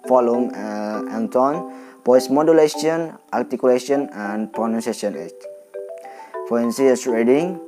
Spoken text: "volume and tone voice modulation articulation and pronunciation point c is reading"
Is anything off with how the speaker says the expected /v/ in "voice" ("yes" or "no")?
yes